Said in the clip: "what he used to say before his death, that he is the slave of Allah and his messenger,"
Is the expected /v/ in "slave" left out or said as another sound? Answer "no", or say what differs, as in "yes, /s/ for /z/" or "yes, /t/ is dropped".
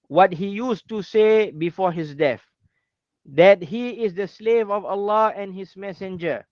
no